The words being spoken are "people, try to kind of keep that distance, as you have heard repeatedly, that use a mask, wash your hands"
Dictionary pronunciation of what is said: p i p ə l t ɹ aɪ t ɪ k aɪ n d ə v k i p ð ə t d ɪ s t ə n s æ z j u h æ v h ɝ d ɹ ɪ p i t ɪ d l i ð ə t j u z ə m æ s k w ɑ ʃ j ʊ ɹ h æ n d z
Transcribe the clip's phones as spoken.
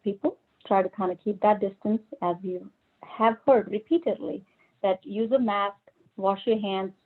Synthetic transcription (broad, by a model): p i p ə l t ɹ aɪ t ɪ k aɪ n d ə k i p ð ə t d ɪ s t ə n s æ z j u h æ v h ɝ d ɹ ɪ p i t ɪ d l i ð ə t j u z ə m æ s k w ɑ ʃ j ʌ ɹ h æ n d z